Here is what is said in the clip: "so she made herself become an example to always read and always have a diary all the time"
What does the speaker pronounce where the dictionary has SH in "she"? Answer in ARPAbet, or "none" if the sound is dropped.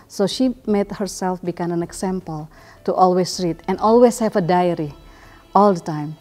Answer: SH